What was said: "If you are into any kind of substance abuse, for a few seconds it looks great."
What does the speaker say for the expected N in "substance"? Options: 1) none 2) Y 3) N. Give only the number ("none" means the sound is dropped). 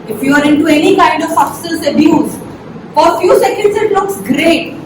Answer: 1